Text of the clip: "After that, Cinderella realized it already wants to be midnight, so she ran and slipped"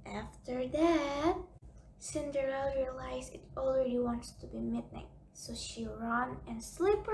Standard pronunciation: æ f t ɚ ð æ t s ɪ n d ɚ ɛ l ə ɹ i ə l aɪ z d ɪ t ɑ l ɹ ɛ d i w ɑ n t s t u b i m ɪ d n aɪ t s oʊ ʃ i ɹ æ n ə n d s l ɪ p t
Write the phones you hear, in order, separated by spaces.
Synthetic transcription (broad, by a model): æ f t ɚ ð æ t s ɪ n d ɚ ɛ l ɹ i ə l aɪ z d ɪ t ɑ l ɹ ɛ d i w ɑ n t s t u b i m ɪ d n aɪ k s oʊ ʃ i ɹ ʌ n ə n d s l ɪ p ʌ